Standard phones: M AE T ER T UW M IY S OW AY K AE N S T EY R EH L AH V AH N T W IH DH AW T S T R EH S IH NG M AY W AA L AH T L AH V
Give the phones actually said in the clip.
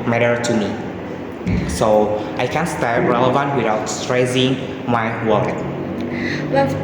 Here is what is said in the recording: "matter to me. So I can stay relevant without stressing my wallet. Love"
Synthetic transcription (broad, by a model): M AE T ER T UW M IY S OW AY K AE N S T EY R EH L AH V AH N T W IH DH AW T S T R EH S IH NG M AY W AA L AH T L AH